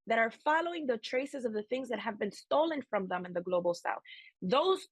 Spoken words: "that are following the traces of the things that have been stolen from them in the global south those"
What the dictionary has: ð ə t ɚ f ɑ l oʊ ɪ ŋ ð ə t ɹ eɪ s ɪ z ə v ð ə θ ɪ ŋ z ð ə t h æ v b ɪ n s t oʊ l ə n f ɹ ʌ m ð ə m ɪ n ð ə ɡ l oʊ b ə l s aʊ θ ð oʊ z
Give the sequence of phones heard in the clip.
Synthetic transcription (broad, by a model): ð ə t ɚ f ɑ l oʊ ɪ ŋ ð ə t ɹ eɪ s ɪ z ə v ð ə θ ɪ ŋ z ð ə t h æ v b ɪ n s t oʊ l ə n f ɹ ʌ m ð ə m ɪ n ð ə ɡ l oʊ b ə l s aʊ θ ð oʊ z